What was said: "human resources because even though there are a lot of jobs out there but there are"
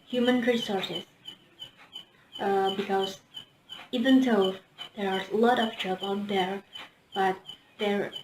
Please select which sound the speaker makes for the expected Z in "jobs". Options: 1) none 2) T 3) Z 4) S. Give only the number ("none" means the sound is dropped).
1